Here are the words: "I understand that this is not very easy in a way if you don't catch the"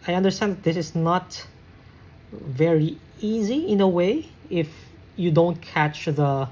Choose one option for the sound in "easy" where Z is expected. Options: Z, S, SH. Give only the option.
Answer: Z